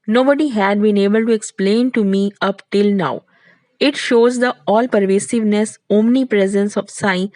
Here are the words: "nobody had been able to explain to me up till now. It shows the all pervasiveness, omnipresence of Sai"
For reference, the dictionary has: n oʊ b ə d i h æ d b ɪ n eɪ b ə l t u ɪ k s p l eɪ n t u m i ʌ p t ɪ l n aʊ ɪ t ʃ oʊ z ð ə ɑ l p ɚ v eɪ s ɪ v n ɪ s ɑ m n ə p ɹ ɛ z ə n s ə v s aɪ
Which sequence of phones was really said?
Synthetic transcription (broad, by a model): n oʊ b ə d i h æ d b ɪ n eɪ b ə l t u ɪ k s p l eɪ n t u m i ʌ p t ɪ l n aʊ ɪ t ʃ oʊ z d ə ɑ l p ɚ v eɪ s ɪ v n ɪ s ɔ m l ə p ɹ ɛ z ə n s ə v s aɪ